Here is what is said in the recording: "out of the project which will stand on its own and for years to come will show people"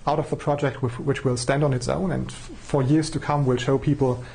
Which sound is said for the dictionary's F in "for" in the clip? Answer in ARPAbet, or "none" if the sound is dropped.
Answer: F